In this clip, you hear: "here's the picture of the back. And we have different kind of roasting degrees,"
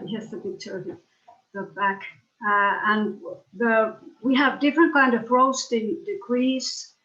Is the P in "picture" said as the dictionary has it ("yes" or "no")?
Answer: no